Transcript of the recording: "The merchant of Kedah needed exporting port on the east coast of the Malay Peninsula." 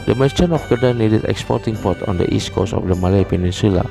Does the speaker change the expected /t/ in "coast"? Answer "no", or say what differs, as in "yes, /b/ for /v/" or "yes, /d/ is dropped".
yes, /t/ is dropped